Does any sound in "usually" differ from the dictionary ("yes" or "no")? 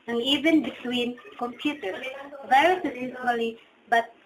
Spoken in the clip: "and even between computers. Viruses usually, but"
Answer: yes